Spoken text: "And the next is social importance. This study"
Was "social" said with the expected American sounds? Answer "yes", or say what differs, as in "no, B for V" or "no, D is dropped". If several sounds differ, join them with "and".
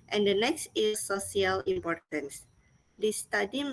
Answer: no, SH is dropped